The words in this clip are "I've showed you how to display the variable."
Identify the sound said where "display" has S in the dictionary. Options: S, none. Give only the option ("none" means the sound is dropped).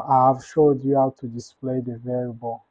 S